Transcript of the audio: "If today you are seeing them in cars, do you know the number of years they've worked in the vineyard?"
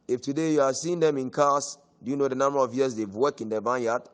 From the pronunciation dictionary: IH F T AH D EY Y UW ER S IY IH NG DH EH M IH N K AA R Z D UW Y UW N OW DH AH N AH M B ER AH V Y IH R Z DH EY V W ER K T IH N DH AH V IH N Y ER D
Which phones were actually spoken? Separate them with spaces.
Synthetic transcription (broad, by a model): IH F T AH D EY Y UW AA S IY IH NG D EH M IH N K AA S D UW Y UW N OW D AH N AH M B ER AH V Y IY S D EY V W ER K IH N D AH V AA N Y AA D